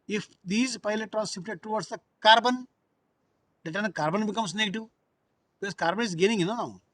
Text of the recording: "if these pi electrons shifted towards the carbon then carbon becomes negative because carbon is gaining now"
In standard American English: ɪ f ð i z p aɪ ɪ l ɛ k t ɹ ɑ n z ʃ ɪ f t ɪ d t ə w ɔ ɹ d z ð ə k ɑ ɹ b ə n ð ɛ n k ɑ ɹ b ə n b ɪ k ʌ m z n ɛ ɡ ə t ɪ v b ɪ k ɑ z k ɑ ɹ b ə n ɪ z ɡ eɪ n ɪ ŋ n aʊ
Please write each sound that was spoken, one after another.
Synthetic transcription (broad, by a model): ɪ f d i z p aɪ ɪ l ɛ t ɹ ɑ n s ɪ p t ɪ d t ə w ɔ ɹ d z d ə k ɑ ɹ b ə n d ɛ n k ɑ ɹ b ə n b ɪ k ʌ m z n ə t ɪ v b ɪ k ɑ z k ɑ ɹ b ə n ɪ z ɡ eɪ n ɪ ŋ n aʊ